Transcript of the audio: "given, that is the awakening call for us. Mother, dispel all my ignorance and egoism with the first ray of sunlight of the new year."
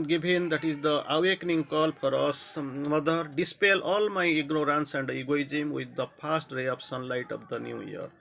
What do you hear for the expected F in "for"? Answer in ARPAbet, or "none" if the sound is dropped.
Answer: P